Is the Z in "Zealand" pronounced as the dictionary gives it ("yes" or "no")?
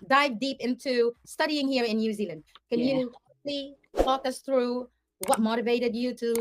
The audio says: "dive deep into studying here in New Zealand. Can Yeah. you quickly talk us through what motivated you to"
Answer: yes